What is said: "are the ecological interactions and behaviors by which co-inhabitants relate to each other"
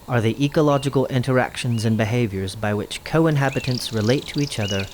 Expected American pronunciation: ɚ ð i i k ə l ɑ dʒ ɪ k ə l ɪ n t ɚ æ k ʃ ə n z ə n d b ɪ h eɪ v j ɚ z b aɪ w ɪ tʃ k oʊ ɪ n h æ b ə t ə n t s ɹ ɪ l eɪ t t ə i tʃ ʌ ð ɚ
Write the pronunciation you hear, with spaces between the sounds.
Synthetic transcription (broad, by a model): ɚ ð i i k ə l ɑ dʒ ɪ k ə l ɪ n t ɚ æ k ʃ ə n z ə n b ɪ h eɪ v j ɚ z b aɪ w ɪ tʃ k oʊ ɪ n h æ b ə t ə n t s ɹ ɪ l eɪ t t ə i tʃ ʌ ð ɚ